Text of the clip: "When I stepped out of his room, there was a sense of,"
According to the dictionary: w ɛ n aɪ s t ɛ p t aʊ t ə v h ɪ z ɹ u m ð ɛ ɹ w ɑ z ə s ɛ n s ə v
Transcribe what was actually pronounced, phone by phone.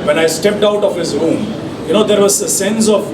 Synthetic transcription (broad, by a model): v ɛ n aɪ s t ɛ p t aʊ t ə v h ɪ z ɹ u m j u ɹ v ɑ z ə s ɛ n s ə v